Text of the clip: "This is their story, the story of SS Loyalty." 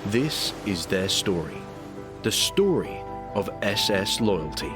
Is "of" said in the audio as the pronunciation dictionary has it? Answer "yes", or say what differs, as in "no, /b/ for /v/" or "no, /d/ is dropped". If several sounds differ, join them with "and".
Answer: yes